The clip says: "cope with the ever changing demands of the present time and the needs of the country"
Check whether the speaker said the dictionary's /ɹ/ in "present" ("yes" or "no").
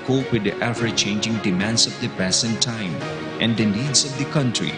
no